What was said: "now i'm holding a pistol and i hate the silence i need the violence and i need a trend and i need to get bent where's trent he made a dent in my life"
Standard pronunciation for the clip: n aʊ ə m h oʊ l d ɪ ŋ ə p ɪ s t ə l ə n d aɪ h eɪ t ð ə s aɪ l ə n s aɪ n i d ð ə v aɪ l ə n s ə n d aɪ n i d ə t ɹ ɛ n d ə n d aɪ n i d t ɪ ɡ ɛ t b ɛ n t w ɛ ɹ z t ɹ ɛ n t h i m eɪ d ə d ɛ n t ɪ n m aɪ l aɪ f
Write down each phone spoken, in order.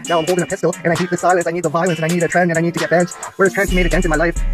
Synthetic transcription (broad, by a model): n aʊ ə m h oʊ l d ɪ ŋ ə p ɪ s t l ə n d aɪ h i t ð ə s aɪ l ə n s aɪ n i d ð ə v aɪ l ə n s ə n aɪ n i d ə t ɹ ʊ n ə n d aɪ n i d t ɪ ɡ ɛ t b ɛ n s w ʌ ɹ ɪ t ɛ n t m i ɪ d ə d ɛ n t ɪ n m aɪ l aɪ f